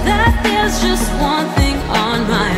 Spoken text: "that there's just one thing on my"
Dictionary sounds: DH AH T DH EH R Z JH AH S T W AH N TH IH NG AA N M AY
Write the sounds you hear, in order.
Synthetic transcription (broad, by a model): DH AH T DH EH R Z JH AH S T W AH N TH IH NG N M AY